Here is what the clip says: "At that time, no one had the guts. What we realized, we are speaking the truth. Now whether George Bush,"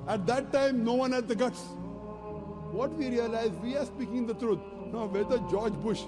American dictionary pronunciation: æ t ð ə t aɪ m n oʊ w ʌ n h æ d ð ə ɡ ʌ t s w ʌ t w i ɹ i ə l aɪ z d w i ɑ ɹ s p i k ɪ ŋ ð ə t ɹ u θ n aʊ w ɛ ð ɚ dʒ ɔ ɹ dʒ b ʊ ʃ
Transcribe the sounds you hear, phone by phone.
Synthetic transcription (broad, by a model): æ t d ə t aɪ m n oʊ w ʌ n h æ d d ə ɡ ʌ t s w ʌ t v i ɹ i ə l aɪ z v i ɑ ɹ s p i k ɪ ŋ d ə t ɹ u t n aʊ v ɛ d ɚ dʒ ɔ ɹ dʒ b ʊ ʃ